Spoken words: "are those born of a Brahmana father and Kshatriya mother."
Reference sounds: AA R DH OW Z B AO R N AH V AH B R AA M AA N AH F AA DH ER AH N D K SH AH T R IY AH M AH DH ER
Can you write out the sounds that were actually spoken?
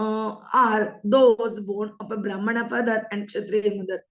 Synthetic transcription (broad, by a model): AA R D OW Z B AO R N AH P AH B R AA M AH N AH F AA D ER AH N D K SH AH T R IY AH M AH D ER